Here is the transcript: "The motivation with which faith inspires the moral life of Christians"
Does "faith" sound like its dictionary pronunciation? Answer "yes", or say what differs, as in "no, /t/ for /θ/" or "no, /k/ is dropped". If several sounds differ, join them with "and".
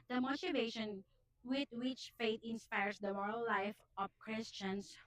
no, /t/ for /θ/